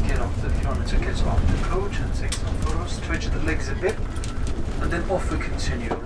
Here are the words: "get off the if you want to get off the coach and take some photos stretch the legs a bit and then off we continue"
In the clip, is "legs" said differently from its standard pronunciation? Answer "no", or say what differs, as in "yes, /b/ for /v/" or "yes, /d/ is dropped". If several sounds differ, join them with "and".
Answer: no